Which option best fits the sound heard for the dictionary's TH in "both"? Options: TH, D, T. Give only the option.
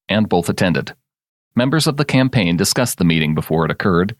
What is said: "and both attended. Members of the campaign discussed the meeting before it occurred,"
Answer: TH